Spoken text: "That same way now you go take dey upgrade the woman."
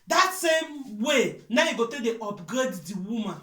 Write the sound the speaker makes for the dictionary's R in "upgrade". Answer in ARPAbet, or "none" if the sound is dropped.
none